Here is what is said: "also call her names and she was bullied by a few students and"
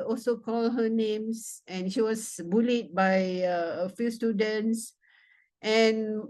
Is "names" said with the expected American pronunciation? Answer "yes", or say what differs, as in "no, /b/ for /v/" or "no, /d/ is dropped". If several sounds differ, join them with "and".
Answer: no, /s/ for /z/